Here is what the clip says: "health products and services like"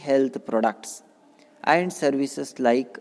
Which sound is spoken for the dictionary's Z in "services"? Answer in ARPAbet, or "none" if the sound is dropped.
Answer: S